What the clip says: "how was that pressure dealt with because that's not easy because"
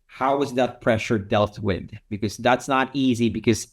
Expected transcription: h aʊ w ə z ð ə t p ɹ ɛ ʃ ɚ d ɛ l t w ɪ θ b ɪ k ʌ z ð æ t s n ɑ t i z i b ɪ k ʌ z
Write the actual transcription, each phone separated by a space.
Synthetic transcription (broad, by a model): h aʊ w ə z ð ə t p ɹ ɛ ʃ ɚ d ɛ l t w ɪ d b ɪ k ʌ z ð æ t s n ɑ t i z i b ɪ k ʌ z